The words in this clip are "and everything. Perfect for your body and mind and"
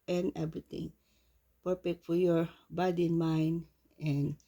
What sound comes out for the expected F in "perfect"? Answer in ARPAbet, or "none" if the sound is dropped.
P